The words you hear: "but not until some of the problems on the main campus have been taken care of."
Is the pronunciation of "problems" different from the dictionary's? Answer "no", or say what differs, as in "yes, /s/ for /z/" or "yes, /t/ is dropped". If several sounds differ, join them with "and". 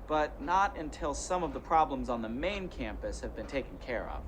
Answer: no